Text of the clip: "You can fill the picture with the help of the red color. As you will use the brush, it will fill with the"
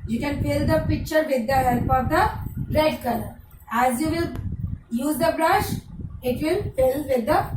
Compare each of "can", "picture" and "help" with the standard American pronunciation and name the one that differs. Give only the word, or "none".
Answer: help